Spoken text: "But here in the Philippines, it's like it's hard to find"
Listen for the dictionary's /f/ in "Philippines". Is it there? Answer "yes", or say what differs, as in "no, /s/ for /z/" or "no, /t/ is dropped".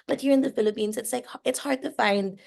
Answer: yes